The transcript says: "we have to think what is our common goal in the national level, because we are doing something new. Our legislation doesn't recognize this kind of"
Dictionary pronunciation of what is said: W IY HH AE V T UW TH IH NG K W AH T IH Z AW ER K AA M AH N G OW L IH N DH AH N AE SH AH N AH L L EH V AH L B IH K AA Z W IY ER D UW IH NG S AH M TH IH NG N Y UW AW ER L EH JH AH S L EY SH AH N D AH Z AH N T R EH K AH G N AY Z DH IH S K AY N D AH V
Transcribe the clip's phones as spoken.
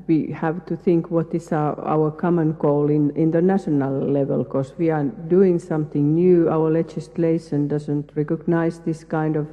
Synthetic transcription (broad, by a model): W IY HH AE V T UW TH IH NG K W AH T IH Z AW ER K AA M AH N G OW L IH N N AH N AE SH AH N AH L L EH V AH L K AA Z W IY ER D UW IH NG S AH M TH IH NG N Y UW AW ER L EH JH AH S L EY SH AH N D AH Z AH N T R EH K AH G N AY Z DH IH S K AY N D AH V